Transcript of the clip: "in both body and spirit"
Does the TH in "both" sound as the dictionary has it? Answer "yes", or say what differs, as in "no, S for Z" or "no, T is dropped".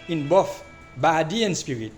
no, F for TH